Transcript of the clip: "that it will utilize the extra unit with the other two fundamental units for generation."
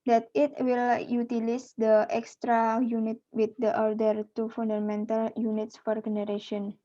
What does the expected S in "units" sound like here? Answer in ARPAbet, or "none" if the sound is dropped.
S